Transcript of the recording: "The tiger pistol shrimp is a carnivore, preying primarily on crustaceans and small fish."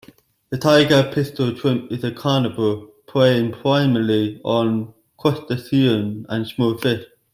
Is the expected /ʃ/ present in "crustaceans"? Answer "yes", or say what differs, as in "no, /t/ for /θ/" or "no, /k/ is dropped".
no, /s/ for /ʃ/